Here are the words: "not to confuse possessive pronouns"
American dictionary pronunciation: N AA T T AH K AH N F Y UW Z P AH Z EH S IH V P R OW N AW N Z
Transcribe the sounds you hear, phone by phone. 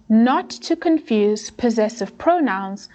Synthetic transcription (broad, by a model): N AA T T AH K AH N F Y UW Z P AH Z EH S IH V P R OW N AW N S